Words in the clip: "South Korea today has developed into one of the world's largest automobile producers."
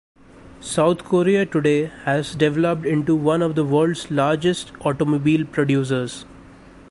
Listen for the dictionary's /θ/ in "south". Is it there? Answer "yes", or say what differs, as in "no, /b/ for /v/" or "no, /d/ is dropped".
no, /t/ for /θ/